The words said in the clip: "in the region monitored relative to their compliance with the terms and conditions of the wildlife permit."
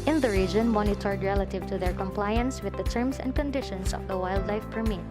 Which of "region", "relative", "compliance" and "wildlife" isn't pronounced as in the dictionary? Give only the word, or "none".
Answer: none